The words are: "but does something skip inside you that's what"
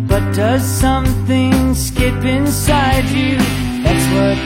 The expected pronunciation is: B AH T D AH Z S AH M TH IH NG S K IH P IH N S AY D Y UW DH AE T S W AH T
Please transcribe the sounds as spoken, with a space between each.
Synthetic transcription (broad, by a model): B AH T D AH Z S AH M TH IH NG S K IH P IH N S AY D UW DH AE T S W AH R